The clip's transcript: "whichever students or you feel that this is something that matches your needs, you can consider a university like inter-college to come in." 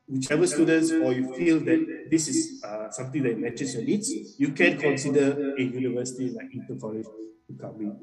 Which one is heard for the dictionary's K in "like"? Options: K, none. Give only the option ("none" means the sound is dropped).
none